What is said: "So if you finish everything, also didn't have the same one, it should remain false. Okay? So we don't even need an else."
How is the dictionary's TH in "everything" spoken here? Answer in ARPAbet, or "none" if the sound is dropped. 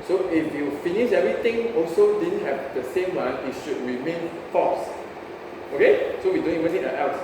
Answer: T